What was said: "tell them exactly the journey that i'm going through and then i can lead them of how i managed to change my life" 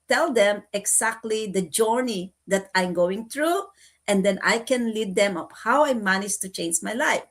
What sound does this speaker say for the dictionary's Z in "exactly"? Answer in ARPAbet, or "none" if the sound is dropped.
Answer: S